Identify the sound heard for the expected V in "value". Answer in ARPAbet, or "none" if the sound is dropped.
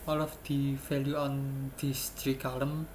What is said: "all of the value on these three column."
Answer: F